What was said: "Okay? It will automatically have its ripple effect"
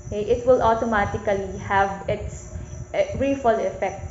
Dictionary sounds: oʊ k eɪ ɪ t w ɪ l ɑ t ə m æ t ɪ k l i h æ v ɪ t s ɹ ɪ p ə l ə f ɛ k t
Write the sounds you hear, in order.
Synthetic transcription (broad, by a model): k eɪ ɪ t w ɪ l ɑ t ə m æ t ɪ k l i h æ v ɪ t s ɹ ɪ f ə l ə f ɛ k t